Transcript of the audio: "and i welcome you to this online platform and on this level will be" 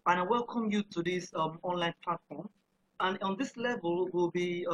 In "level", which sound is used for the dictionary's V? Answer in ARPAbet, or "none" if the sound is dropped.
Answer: V